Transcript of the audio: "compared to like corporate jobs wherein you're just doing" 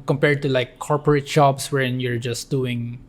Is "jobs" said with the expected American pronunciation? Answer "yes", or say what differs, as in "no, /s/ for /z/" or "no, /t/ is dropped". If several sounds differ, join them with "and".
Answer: no, /s/ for /z/